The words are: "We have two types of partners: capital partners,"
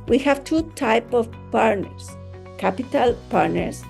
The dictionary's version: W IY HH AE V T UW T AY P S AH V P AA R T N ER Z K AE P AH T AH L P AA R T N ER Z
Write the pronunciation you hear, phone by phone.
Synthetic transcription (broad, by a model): W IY HH AE V T UW T AY P AH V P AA R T N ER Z K AE P AH T AH L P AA R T N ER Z